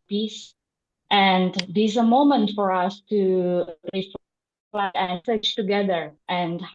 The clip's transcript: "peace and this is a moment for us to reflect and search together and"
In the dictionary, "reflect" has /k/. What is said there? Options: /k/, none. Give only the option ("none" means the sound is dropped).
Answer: none